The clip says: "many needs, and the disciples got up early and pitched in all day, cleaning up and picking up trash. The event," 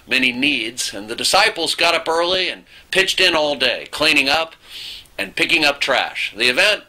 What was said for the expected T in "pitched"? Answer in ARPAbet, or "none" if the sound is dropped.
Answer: T